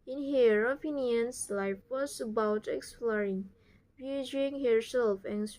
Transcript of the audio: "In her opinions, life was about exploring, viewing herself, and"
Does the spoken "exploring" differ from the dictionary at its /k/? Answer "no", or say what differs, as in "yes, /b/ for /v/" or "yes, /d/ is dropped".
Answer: no